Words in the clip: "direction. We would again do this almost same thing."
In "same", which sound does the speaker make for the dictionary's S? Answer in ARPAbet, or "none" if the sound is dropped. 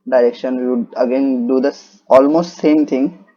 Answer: S